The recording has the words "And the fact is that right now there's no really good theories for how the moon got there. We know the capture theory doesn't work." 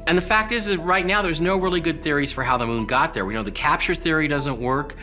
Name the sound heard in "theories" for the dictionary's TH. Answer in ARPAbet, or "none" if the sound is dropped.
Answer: TH